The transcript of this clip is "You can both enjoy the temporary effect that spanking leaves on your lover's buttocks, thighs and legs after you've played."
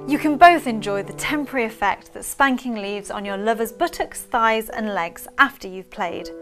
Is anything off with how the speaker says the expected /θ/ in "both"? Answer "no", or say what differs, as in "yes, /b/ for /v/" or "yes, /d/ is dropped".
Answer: no